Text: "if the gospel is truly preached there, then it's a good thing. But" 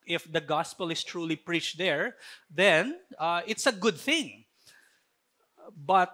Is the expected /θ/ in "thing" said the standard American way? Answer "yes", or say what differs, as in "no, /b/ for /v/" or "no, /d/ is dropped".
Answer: yes